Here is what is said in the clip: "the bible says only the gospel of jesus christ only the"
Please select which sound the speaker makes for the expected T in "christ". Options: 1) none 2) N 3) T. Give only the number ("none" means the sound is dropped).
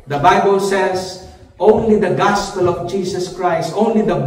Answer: 3